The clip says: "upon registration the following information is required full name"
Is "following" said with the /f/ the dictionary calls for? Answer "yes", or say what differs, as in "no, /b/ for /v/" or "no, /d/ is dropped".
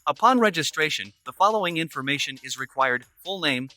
yes